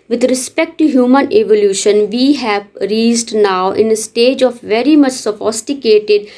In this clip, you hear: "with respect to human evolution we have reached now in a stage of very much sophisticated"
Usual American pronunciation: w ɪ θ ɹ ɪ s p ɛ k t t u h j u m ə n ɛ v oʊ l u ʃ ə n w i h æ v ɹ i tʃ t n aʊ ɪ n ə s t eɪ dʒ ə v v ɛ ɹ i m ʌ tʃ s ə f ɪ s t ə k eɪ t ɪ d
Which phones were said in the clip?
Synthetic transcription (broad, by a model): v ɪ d ɹ ɪ s p ɛ k t t u h j u m ə n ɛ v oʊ l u ʃ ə n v i h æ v ɹ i s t n aʊ ɪ n ə s t eɪ dʒ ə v v ɛ ɹ i m ʌ tʃ s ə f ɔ s t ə k eɪ t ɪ d